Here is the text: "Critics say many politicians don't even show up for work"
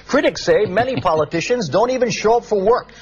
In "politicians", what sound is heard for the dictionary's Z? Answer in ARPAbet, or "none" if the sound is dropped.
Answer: Z